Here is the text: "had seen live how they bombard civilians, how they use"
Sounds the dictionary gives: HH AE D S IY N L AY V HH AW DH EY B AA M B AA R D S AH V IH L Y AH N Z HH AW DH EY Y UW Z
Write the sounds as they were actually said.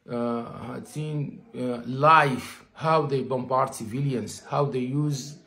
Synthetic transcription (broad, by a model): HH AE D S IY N L AY F HH AW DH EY B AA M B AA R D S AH V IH L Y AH N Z HH AW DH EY Y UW Z